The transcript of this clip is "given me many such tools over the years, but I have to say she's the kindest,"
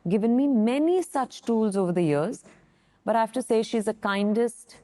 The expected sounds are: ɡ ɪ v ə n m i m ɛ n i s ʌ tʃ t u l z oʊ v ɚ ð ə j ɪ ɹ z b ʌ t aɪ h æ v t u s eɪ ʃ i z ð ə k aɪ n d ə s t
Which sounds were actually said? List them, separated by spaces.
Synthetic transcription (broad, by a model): ɡ ɪ v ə n m i m ɛ n i s ʌ tʃ t u l z oʊ v ɚ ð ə j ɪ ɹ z b ʌ t aɪ h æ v t u s eɪ ʃ i z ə k aɪ n d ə s t